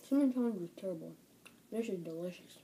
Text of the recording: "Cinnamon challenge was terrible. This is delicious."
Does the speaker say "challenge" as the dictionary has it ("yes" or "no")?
no